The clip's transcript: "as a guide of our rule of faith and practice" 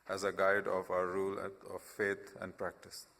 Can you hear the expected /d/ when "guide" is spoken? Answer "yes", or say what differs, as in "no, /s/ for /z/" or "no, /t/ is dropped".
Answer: yes